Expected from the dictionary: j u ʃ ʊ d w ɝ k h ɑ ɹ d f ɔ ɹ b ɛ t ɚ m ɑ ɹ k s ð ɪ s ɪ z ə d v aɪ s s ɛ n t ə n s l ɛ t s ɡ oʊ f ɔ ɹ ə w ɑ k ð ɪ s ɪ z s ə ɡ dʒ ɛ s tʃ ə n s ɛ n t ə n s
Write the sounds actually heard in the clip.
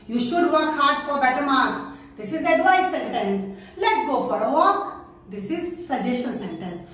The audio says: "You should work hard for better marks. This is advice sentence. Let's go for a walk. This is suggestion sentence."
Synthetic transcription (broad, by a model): j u ʃ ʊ d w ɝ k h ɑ ɹ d f ɔ ɹ b ɛ t ɚ m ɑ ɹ s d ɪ s ɪ z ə d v aɪ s s ɛ n t ə n s l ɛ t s ɡ oʊ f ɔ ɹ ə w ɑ k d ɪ s ɪ z s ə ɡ dʒ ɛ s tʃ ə n s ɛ n t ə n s